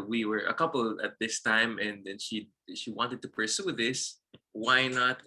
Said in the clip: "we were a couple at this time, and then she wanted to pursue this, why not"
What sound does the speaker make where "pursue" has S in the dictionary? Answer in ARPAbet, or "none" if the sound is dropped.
S